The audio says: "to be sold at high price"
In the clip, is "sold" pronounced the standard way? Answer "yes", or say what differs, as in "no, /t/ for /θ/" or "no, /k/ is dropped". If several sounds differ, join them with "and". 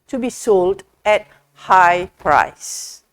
yes